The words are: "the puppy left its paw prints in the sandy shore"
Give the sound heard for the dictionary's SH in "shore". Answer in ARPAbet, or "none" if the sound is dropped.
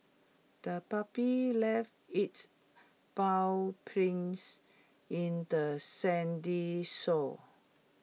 S